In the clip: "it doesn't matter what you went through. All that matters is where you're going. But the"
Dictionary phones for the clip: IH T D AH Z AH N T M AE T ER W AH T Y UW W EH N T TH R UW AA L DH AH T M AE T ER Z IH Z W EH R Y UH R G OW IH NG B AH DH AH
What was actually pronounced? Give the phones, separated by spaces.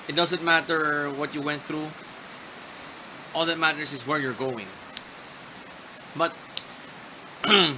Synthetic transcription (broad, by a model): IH T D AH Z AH N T M AE T ER W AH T Y UW W EH N T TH R UW AA L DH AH T M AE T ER S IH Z W EH R Y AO R G OW IH NG B AH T